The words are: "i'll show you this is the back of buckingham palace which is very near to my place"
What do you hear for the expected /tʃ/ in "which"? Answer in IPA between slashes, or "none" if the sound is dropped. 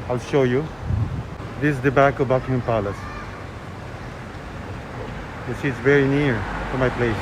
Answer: /s/